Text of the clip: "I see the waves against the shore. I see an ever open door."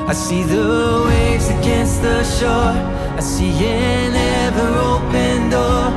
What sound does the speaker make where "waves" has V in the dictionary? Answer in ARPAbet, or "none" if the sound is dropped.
none